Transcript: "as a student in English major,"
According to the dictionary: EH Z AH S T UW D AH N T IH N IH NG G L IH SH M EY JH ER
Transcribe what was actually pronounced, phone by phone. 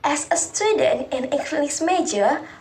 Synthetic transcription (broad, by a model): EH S AH S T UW D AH N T IH N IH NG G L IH S M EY JH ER